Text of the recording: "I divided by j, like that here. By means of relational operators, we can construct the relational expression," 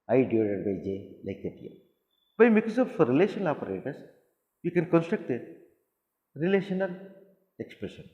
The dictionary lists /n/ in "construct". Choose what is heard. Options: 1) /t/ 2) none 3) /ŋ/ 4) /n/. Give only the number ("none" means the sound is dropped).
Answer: 4